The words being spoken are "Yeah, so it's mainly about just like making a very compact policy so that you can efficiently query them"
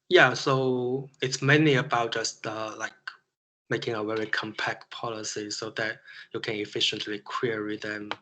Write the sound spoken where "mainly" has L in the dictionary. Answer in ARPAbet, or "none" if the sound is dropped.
none